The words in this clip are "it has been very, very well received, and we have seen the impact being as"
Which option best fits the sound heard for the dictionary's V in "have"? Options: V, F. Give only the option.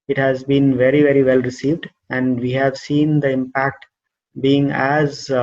V